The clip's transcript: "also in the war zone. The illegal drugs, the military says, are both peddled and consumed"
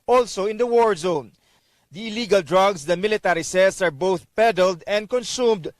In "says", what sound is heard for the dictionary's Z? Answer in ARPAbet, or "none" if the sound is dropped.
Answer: S